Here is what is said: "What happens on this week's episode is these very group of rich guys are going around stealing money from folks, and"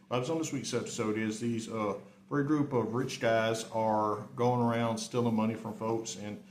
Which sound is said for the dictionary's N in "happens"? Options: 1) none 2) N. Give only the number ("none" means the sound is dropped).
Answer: 1